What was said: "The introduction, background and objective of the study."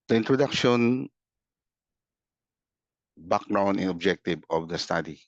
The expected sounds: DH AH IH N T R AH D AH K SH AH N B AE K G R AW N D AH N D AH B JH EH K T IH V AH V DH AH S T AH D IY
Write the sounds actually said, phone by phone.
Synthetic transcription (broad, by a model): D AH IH N T R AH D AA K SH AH N B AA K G R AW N AH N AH B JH EH K T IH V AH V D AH S T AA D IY